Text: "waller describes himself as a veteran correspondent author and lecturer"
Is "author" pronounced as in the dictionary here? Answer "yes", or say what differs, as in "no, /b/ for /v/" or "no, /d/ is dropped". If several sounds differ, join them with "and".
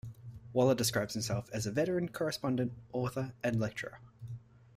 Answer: yes